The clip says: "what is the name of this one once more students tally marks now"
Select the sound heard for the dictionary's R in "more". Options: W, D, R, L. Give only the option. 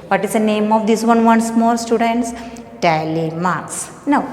L